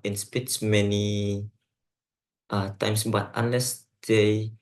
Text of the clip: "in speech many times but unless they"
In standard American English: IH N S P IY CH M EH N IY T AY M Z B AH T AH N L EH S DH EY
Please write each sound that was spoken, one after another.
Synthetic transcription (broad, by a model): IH N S P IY S M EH N IY T AY M S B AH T AH N L EH S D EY